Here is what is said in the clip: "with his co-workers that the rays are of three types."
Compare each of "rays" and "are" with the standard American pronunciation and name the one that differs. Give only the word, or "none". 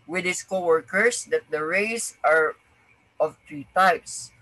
rays